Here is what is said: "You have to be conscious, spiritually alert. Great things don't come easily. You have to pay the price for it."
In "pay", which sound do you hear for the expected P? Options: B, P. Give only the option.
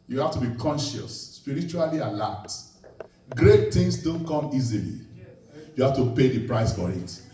P